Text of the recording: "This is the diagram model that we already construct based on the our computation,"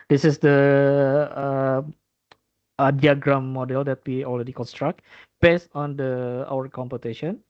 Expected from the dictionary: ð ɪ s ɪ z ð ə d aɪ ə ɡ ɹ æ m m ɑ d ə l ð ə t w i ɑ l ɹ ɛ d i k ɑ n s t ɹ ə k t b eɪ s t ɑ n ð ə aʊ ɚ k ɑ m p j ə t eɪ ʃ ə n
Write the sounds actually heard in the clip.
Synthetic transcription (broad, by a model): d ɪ s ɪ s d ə d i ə ɡ ɹ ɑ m m ɑ d ə l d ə t w i ɑ l ɹ ɛ d i k ɑ n s t ɹ ə k t b eɪ s t ɑ n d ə aʊ ɚ k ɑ m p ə t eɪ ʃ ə n